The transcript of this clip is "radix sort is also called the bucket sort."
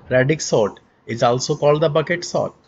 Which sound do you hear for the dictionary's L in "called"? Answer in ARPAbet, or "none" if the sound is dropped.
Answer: L